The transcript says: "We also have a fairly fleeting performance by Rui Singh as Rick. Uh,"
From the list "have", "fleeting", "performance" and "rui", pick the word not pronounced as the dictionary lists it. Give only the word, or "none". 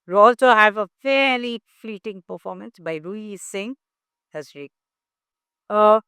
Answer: none